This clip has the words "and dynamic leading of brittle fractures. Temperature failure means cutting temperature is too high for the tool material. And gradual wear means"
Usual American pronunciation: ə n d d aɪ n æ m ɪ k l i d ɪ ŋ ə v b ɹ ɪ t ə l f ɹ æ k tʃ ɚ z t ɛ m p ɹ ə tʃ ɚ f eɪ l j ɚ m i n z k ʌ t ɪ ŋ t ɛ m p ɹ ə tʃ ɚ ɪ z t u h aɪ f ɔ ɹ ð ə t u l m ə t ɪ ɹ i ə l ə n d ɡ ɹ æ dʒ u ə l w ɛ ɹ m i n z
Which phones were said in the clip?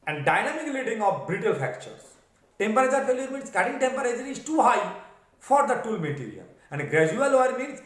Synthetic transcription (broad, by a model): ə n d d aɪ n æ m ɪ k l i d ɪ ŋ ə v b ɹ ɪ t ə l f æ k tʃ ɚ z t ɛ m p ɹ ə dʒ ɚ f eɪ l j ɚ m i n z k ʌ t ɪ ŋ t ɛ m p ɹ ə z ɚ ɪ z t u h aɪ f ɔ ɹ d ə t u l m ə t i ɹ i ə l ə n d ɡ ɹ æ dʒ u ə l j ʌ ɹ m i n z